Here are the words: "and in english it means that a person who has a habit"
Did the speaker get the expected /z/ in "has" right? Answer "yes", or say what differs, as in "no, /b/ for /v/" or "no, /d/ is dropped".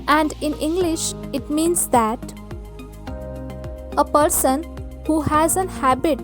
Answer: yes